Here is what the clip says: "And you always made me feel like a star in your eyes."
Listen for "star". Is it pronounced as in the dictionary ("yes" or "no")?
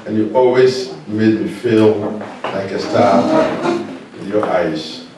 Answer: no